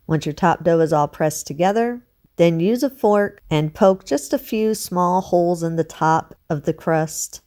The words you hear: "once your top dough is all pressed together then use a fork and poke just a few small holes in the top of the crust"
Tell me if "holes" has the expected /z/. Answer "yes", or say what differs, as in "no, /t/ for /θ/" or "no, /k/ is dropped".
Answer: yes